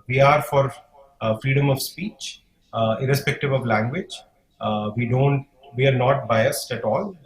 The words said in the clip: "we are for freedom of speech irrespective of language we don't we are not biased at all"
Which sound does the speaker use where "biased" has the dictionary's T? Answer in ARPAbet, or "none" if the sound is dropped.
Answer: T